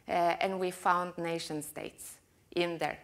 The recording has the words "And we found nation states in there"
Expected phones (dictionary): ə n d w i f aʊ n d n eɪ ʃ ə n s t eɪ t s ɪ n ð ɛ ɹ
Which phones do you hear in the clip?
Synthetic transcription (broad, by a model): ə n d w i f aʊ n d n eɪ ʃ ə n s t eɪ t s ɪ n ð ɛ ɹ